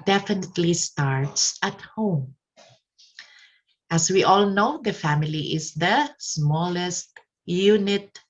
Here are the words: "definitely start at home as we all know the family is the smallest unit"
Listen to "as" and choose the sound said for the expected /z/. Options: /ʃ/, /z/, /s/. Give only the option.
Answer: /s/